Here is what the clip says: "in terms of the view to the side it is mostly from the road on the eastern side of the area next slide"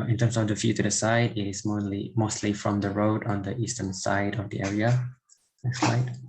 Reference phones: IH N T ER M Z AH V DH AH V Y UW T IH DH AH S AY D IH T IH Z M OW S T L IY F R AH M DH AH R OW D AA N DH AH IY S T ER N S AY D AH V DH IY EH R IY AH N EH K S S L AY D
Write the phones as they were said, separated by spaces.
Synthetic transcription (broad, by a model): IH N T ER M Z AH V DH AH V Y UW T IH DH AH S AY D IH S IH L M OW S T L IY F R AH M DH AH R OW D AA N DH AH IY S T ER N S AY D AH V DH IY EH R IY AH L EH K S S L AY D